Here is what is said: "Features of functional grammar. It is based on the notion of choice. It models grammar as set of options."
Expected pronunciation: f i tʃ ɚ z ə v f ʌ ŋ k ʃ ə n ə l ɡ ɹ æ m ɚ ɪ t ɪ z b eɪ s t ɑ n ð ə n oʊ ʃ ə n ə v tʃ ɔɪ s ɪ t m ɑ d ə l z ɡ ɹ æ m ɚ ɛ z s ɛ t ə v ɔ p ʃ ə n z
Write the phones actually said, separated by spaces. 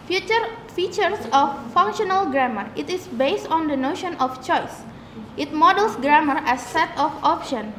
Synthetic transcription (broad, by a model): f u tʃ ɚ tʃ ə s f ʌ ŋ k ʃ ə n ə l ɡ ɹ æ m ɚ ɪ t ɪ s b eɪ s t ɑ n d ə n oʊ ʃ ə n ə f tʃ ɔɪ s ɪ t m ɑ d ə l s ɡ ɹ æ m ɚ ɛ s ɛ t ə f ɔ p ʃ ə n